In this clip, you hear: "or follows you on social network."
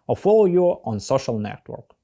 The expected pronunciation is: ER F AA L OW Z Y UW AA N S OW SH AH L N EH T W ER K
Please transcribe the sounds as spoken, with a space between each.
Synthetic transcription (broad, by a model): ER F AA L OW Y UW AA N S OW SH AH L N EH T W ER K